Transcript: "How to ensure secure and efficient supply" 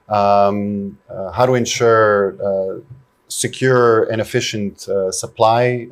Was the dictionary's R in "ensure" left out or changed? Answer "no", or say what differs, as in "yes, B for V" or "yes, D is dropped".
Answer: no